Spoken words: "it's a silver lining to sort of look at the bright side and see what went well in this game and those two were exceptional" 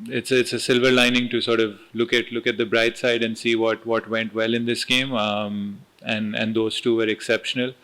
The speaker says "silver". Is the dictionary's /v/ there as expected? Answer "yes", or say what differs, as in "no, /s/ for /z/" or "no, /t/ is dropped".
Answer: yes